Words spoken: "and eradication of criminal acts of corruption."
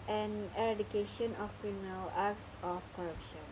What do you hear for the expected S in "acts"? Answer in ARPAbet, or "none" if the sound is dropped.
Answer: S